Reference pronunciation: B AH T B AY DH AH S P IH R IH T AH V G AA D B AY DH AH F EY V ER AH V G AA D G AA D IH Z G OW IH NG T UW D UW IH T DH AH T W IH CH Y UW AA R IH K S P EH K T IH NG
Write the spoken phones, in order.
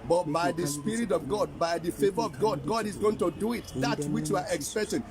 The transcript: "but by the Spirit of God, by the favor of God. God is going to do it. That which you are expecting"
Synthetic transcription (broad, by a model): B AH T B AY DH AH S P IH R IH T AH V G AA D B AY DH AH F EY V ER AH V G AA D G AA D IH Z G OW IH NG T UW D UW IH T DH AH T W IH CH Y UW AA R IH K S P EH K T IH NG